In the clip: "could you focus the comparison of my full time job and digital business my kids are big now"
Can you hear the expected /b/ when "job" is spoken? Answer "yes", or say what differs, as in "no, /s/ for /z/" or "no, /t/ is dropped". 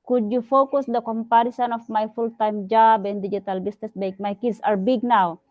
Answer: yes